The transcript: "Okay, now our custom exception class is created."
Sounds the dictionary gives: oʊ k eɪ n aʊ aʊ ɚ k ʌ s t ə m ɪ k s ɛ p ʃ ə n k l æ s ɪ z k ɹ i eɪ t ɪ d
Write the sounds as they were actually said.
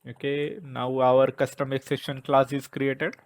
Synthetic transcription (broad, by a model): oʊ k eɪ n aʊ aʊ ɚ k ʌ s t ə m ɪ k s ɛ ʃ ə n k l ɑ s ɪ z k ɹ i eɪ t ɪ d